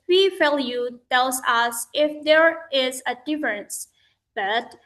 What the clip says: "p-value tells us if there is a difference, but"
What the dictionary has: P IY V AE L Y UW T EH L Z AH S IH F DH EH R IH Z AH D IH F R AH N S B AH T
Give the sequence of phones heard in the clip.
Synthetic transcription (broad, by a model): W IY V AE L Y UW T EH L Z AH S IH F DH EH R IH Z AH D IH F R AH N S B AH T